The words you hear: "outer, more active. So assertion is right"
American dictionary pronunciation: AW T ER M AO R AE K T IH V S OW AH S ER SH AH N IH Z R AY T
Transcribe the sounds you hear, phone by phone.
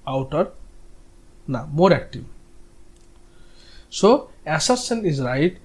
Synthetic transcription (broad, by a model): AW T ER M AO R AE K T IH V S OW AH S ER S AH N IH Z R AY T